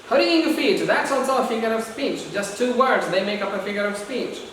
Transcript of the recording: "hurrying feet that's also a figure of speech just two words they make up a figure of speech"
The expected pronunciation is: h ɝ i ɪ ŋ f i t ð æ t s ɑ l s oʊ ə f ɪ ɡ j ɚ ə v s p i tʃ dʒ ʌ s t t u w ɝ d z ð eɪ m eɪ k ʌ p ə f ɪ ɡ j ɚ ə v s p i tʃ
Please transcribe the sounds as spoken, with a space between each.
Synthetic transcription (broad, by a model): h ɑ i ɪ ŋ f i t ð æ t s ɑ s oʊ ə f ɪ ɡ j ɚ ə v s p i tʃ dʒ ʌ s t t u w ɝ d z ð eɪ m eɪ k ʌ p ə f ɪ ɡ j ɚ ə v s p i tʃ